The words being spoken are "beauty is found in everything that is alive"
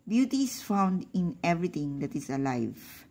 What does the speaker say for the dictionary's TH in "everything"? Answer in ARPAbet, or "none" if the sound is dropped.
T